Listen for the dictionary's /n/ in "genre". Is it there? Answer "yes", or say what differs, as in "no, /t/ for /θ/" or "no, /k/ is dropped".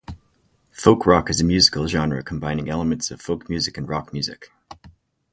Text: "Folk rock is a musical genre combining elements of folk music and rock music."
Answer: yes